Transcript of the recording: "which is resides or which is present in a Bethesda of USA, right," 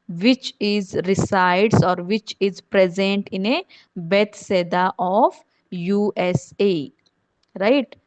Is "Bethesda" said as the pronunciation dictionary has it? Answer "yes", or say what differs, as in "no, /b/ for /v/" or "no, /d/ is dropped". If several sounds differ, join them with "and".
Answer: no, /s/ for /θ/